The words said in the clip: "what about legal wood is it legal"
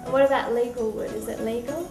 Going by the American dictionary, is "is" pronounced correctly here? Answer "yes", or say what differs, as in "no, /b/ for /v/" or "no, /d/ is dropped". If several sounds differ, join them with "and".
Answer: yes